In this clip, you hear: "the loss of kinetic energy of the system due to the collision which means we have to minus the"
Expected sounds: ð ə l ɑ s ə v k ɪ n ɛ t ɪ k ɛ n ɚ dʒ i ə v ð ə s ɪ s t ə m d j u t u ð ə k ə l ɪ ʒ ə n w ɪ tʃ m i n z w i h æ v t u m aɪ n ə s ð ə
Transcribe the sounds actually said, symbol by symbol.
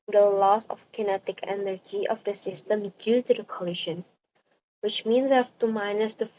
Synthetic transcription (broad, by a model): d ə l ɑ s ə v k ɪ n ɛ t ɪ k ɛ n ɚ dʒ i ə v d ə s ɪ s t ə m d j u t u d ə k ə l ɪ ʃ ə n w ɪ tʃ m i n s w i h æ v t u m aɪ n ə s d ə